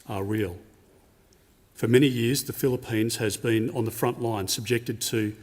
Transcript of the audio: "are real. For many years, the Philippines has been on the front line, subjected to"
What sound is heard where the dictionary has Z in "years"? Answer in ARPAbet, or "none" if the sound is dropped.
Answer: Z